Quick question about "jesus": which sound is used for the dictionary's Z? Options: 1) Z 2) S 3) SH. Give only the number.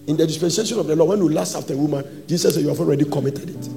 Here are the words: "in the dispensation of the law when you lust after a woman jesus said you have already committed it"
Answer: 2